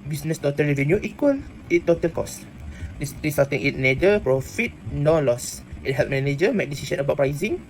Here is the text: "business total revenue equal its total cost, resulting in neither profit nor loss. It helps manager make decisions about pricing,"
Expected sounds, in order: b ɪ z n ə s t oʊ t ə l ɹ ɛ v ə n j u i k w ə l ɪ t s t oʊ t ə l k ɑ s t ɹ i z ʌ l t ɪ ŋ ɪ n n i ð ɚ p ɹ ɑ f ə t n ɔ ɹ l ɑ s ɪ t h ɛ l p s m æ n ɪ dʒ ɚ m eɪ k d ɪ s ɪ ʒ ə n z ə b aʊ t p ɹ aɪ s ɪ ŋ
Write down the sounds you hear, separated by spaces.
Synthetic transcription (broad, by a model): b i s n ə s t oʊ t ə l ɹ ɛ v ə n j u i k w ə l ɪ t t oʊ t ə l k ɑ s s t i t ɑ t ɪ ŋ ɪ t n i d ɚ p ɹ ɑ f ə t n ɔ l ɑ s ɪ t h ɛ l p m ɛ n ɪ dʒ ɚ m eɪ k d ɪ s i s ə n ə b aʊ t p ɹ aɪ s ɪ ŋ